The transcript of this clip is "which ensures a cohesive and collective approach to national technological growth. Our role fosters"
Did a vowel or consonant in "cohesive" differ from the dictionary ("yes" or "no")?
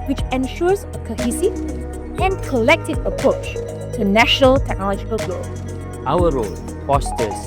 yes